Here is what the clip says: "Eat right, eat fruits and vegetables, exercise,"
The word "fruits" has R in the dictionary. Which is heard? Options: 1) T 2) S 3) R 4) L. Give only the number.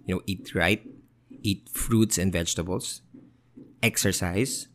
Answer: 3